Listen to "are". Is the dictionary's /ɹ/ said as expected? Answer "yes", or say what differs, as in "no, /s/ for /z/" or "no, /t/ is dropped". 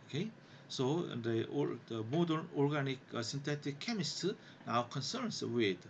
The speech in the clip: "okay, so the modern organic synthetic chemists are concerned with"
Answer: no, /w/ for /ɹ/